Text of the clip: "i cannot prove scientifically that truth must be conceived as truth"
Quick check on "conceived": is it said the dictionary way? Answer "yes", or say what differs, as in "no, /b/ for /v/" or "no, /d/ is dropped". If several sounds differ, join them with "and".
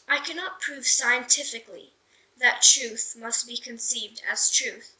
yes